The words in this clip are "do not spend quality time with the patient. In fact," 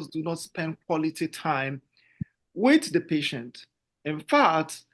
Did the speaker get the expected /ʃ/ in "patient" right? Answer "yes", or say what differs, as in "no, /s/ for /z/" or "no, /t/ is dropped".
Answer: yes